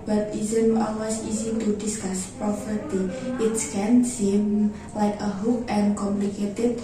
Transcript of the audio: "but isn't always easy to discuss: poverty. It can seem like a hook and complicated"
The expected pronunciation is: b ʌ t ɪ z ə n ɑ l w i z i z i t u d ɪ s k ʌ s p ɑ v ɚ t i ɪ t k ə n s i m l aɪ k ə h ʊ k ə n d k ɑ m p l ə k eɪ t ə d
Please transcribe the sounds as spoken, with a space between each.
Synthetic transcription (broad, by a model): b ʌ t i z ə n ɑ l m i s i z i t u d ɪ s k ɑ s p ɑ f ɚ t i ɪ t k ə n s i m l aɪ k ə h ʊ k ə n k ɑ m p l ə k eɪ t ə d